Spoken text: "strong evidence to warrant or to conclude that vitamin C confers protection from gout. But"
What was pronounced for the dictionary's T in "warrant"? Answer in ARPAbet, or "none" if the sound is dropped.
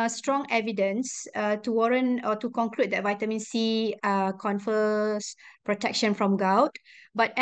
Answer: none